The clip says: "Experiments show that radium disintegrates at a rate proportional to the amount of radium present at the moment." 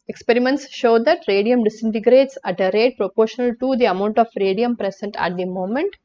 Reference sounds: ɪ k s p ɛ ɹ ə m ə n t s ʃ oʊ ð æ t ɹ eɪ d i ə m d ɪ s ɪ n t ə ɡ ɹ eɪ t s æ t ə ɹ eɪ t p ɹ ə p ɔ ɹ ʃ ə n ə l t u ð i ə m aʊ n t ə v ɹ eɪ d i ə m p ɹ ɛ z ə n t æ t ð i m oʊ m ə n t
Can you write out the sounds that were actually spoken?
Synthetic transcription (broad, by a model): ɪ k s p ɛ ɹ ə m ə n t s ʃ oʊ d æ t ɹ eɪ d i ə m d ɪ s ɪ n t ə ɡ ɹ eɪ t s æ t ə ɹ eɪ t p ɹ ə p ɔ ɹ ʃ ə n ə l t u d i ə m aʊ n t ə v ɹ eɪ d i ə m p ɹ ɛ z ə n t æ t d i m oʊ m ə n t